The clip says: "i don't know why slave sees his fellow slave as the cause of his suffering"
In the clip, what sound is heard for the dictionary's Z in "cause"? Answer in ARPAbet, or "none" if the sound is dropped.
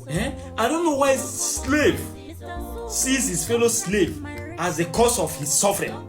S